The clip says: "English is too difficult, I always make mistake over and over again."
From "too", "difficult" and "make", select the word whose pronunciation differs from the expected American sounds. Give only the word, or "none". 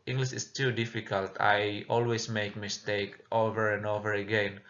none